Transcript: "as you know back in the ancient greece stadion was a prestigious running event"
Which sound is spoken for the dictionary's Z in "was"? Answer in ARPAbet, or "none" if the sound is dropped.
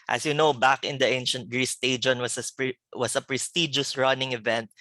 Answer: S